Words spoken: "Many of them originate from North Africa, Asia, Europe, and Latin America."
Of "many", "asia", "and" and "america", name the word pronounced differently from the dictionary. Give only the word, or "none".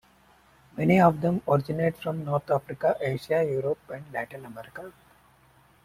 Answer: asia